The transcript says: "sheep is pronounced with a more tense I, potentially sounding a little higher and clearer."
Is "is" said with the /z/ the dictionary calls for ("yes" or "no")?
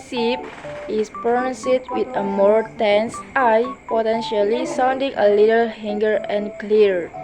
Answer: no